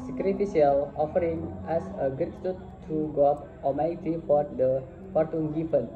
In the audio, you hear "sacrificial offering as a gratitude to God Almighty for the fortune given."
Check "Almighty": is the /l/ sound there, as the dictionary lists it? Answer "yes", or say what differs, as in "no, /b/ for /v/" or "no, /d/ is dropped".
no, /l/ is dropped